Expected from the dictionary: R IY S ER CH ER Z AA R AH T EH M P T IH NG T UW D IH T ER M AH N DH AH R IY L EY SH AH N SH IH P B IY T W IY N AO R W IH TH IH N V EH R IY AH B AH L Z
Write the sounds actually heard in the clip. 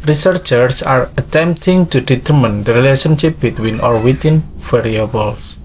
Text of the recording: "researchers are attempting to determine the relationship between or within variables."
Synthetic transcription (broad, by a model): R IY S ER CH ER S AA R AH T EH M P T IH NG T UW D IH T ER M AH N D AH R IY L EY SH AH N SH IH P B IY T W IY N AO R W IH T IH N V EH R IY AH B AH L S